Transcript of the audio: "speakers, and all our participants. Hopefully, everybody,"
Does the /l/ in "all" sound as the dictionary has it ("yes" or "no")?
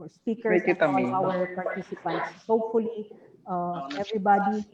no